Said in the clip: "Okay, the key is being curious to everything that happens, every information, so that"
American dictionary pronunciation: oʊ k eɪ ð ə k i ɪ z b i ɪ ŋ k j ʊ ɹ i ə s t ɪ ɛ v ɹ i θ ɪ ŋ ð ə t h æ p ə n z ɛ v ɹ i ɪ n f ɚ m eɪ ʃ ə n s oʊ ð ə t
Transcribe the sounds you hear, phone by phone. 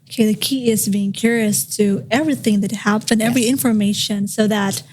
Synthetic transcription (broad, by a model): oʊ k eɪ ð ə k i ɪ z b i ɪ ŋ k j ʊ ɹ i ə s t ɪ ɛ v ɹ i θ ɪ ŋ ð ə t h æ p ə n ɛ v ɹ i ɪ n f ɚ m eɪ ʃ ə n s oʊ ð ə t